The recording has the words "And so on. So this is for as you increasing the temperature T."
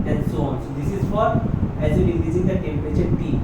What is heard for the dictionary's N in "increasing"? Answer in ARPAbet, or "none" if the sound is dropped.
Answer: none